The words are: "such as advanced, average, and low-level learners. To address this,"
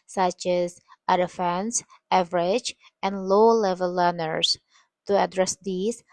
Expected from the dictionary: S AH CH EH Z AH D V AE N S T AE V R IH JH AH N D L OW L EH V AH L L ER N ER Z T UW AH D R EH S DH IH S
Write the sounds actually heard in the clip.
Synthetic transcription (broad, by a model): S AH CH EH Z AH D F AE N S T AE V R IH JH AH N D L OW L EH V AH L L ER N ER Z T UW AH D R EH S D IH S